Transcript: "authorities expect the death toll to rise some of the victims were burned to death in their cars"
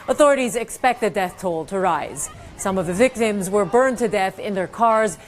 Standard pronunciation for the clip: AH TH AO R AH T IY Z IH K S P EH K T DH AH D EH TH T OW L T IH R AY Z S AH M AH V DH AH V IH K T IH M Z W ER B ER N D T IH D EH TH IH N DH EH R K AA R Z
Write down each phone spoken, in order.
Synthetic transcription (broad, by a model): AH TH AO R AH T IY Z IH K S P EH K T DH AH D EH TH T OW L T IH R AY Z S AH M AH V DH AH V IH K T IH M Z W ER B ER N T IH D EH TH IH N DH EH R K AA R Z